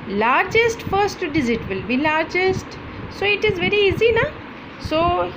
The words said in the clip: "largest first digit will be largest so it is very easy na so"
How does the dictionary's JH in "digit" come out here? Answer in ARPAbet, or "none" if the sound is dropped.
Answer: Z